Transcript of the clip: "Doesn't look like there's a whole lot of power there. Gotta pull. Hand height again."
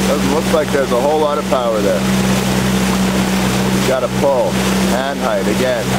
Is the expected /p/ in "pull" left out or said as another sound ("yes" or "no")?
no